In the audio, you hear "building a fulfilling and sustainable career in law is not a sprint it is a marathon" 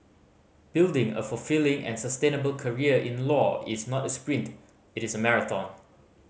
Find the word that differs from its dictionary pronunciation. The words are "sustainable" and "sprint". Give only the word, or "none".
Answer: none